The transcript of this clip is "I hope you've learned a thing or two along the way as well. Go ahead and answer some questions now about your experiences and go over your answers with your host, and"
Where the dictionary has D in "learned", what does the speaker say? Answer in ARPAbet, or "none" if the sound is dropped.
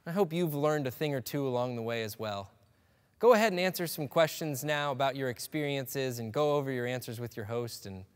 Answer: D